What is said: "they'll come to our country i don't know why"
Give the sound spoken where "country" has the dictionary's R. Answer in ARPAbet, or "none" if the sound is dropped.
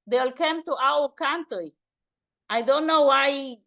none